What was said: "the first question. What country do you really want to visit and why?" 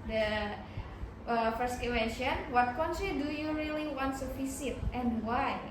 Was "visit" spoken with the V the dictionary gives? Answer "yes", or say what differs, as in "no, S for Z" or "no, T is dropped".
no, F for V